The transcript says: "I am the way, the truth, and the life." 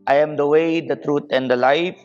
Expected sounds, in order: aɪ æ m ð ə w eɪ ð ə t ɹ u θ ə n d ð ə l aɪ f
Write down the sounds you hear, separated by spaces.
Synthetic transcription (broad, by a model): aɪ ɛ m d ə w eɪ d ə t ɹ u t ə n d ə l aɪ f